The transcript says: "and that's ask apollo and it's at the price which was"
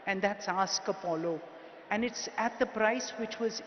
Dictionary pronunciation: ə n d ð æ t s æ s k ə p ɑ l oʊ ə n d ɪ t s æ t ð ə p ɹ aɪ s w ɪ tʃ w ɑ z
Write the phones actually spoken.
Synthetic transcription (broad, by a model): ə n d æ t s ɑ s k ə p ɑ l oʊ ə n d ɪ t s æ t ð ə p ɹ aɪ s w ɪ tʃ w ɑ z